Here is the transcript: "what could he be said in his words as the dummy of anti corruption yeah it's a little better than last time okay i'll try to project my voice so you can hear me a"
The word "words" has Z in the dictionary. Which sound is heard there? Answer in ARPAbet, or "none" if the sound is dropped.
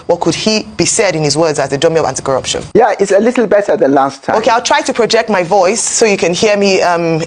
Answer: Z